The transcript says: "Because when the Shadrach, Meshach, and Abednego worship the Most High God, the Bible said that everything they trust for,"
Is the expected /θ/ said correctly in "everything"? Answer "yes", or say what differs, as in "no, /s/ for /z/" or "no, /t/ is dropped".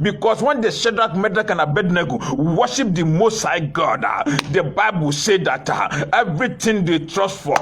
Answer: no, /t/ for /θ/